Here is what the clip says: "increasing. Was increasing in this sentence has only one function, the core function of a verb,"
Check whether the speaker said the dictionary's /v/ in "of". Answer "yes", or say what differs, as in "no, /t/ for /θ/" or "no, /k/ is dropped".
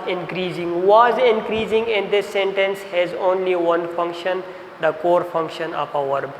no, /p/ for /v/